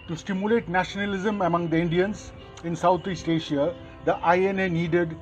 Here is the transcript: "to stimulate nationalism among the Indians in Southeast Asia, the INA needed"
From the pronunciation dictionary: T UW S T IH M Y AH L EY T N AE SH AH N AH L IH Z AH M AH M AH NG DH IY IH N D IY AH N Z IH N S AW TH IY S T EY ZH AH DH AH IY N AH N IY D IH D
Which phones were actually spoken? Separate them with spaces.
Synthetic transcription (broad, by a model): T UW S T IH M Y AH L EY T N AE SH AH N AH L IH Z AH M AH M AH NG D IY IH N D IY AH N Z IH N S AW T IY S T EY SH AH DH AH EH N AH N IY D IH D